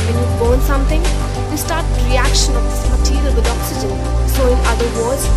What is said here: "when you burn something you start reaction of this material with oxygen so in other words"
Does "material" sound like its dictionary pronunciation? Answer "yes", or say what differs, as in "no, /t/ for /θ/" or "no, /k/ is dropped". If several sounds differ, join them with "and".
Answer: no, /l/ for /ɹ/